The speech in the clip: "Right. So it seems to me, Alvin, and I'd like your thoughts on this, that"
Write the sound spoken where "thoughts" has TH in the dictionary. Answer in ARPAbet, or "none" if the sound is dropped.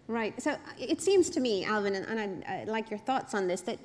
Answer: TH